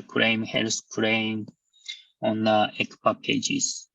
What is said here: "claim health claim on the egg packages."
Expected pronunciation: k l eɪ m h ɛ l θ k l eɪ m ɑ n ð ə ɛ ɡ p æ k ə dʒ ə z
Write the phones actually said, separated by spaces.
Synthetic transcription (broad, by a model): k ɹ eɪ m h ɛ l s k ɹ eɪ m ɑ n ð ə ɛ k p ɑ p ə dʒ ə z